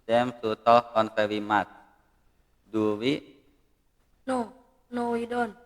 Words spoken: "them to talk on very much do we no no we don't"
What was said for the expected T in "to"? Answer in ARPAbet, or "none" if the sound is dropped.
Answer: S